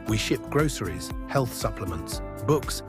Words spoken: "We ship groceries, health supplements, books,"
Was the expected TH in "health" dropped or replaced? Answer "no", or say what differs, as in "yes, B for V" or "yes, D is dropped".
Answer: no